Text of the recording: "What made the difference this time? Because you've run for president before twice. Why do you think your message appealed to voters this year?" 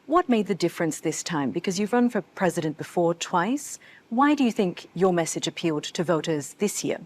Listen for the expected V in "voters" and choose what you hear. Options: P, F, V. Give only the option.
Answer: V